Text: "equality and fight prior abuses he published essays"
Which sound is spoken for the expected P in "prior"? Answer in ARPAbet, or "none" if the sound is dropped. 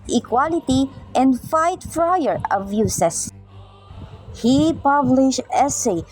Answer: F